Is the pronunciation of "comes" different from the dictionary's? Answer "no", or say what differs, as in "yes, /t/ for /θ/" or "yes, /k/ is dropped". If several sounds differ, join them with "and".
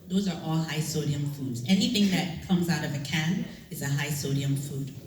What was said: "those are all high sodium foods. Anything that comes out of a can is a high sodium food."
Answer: no